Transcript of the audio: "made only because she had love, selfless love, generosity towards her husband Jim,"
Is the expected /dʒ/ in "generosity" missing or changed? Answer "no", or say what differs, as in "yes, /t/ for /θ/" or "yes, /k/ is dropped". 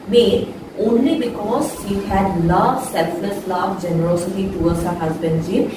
no